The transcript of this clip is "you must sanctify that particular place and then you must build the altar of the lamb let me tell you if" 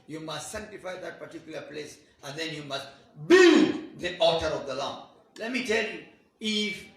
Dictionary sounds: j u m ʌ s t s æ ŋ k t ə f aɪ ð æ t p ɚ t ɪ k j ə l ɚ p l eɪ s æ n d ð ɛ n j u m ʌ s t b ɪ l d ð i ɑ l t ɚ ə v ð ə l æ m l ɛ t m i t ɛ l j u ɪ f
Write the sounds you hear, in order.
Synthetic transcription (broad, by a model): j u m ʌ s t s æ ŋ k t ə f aɪ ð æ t p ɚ t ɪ k j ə l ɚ p l eɪ s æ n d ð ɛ n j u m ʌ s t b ɪ l d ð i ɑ t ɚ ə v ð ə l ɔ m l ɛ t m i t ɛ l j u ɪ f